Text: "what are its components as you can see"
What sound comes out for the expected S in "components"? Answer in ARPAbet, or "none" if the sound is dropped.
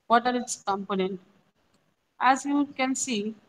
none